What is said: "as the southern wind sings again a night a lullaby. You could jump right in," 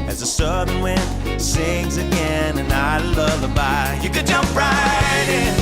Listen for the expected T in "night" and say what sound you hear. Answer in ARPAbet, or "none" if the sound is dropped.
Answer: none